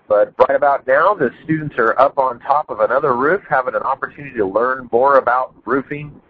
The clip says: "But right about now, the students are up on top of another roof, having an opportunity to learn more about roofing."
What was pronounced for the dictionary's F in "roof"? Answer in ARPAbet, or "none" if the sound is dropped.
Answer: F